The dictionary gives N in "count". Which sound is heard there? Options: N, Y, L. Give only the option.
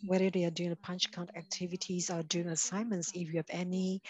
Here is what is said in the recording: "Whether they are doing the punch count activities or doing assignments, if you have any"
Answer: N